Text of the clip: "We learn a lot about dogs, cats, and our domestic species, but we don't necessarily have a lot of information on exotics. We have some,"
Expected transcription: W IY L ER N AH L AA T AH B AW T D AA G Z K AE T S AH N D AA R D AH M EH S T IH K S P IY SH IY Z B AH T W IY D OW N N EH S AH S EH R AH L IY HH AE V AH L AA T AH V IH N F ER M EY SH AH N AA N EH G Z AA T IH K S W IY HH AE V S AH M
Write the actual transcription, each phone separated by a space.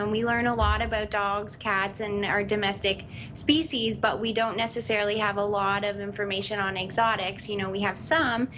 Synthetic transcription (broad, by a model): W IY L ER N AH L AA T AH B AW T D AA G Z K AE T S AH N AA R D AH M EH S T IH K S P IY SH IY Z B AH T W IY D OW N N EH S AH S EH R L IY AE V AH L AA T AH V IH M F ER M EY SH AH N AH N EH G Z AA T IH K S W IY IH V S AH M